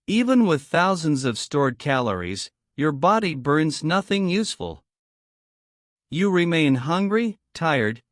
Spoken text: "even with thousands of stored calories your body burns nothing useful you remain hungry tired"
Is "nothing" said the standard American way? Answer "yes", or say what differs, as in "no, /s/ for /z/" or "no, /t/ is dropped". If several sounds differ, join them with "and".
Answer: yes